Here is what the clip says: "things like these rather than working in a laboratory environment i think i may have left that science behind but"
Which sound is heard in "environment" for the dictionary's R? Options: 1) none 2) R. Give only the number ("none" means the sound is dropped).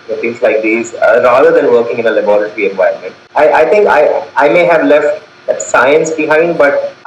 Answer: 1